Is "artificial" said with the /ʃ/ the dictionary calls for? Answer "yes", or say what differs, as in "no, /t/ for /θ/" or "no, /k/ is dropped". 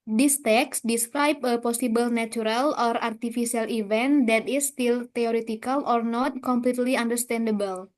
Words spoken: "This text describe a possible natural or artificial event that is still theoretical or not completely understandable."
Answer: no, /s/ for /ʃ/